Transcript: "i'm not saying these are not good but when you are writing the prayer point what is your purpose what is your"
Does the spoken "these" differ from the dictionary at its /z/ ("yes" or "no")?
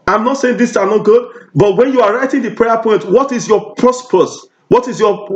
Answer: yes